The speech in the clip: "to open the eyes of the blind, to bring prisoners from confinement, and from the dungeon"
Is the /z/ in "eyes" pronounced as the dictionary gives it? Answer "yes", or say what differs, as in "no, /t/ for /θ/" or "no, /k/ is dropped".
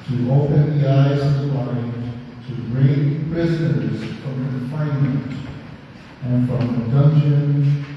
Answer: yes